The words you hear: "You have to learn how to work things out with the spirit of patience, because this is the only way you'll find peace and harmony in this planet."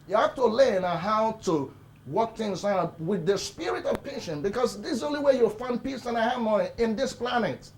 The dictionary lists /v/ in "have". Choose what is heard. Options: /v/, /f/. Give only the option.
/f/